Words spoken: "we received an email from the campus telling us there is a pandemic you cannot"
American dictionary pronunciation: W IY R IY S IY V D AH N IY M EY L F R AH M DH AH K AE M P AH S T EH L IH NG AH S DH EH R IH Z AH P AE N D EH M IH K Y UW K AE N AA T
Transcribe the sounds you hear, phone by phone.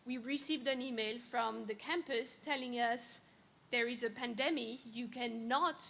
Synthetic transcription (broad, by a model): W IY R IY S IY V D AH N IY M EY L F R AH M DH AH K AE M P AH S T EH L IH NG AH S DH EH R IH Z AH P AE N D EH M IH Y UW K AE N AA T